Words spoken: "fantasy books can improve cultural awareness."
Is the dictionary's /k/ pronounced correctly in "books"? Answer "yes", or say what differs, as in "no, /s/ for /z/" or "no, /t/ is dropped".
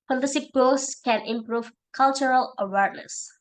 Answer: no, /k/ is dropped